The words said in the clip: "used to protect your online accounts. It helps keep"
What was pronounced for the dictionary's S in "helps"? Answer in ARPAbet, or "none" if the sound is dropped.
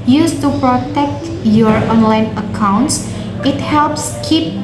S